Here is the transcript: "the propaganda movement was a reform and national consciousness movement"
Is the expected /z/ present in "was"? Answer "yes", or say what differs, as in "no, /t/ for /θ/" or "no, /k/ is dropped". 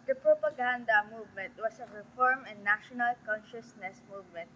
no, /s/ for /z/